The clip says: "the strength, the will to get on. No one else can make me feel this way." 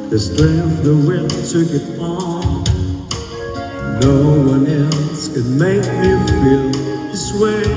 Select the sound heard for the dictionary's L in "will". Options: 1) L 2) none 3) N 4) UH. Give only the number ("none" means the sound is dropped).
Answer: 3